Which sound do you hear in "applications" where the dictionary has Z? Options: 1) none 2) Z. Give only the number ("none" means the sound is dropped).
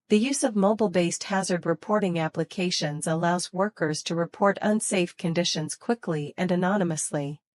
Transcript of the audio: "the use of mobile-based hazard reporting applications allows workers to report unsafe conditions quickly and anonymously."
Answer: 2